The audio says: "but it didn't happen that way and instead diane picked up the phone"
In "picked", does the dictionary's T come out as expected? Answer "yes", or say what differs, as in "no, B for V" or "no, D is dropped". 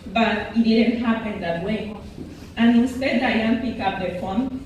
no, T is dropped